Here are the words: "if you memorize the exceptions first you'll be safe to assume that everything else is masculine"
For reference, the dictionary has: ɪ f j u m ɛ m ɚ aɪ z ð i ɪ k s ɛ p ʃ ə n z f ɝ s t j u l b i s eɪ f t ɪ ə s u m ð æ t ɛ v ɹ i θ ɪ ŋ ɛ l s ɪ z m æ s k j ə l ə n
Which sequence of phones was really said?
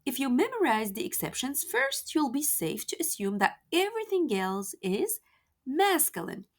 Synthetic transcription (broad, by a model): ɪ f j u m ɛ m ɚ aɪ z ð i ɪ k s ɛ p ʃ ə n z f ɝ s t j u l b i s eɪ f t ɪ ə s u m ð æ t ɛ v ɹ i θ ɪ ŋ ɛ l s ɪ z m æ s k j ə l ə n